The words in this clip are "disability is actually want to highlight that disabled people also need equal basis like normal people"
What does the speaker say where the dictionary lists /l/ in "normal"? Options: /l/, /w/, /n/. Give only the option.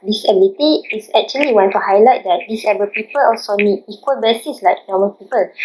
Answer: /n/